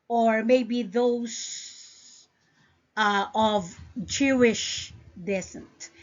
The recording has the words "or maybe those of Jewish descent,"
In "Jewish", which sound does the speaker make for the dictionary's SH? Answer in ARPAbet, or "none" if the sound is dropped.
SH